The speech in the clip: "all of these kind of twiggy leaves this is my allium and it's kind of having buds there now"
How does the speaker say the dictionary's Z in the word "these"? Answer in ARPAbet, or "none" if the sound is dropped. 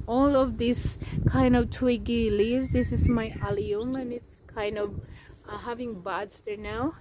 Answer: S